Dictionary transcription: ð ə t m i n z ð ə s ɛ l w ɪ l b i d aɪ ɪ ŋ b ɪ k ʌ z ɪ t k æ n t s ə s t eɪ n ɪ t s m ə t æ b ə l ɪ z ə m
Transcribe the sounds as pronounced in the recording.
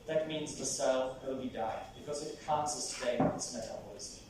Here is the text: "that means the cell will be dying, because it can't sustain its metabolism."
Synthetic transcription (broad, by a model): ð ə t m i n z ð ə s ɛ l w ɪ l b i d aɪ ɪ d b ɪ k ʌ z ɪ t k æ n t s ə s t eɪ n ɪ t s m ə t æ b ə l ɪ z